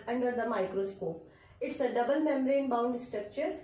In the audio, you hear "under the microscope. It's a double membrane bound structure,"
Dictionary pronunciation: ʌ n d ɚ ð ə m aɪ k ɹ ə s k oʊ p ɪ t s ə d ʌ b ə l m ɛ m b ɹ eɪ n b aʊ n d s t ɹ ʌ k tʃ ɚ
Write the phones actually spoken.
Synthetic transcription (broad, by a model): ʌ n d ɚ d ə m aɪ k ɹ ə s k oʊ p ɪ t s ə d ʌ b ə l m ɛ m ɹ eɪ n b aʊ n d s t ɹ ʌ k tʃ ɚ